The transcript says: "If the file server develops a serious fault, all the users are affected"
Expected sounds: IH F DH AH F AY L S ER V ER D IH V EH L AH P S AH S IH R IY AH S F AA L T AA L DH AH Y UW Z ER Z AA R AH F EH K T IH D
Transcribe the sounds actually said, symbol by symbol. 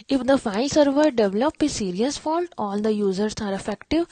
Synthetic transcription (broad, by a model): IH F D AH F AY L S ER V ER D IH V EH L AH P AH S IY R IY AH S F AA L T AA L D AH Y UW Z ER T AA R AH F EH K T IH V